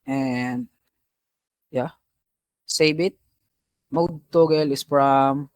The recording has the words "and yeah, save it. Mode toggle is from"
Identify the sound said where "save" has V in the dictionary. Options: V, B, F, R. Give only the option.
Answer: B